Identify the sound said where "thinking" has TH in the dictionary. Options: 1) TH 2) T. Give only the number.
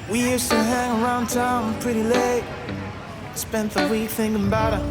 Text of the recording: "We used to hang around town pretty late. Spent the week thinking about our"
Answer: 1